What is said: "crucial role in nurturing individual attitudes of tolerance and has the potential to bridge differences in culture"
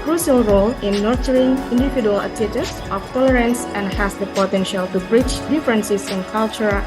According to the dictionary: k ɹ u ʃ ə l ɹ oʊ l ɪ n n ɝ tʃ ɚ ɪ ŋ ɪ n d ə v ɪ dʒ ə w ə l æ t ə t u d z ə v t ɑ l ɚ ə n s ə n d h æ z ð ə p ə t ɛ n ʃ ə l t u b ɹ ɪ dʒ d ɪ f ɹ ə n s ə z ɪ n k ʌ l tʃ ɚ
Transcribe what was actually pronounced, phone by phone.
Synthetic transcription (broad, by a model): k ɹ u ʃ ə l ɹ oʊ l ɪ n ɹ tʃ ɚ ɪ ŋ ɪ n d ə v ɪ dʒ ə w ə l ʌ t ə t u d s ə f t ɑ l ɚ ə n s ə n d h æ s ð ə p ə t ɛ n ʃ ə l t u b ɹ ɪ tʃ d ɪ f ɹ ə n s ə s ɪ n k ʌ l tʃ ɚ